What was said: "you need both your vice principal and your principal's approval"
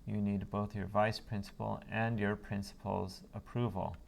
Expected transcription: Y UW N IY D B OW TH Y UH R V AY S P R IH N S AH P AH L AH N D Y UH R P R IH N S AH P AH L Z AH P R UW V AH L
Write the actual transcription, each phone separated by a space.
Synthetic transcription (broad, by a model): Y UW N IY D B OW TH Y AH R V AY S P R IH N S AH P AH L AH N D Y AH R P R IH N S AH P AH L Z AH P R UW V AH L